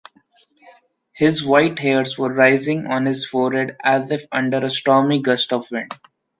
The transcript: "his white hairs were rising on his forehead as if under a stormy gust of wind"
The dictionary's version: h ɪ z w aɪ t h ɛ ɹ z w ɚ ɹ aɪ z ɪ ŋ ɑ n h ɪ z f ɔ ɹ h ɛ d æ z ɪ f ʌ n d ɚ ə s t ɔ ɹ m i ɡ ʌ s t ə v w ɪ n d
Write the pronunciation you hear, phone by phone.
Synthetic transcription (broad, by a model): h ɪ z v aɪ t h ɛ ɹ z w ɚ ɹ aɪ z ɪ ŋ ɑ n h ɪ z f ɔ ɹ h ɛ d æ z ɪ f ʌ n d ɚ ə s t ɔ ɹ m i ɡ ʌ s t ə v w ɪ n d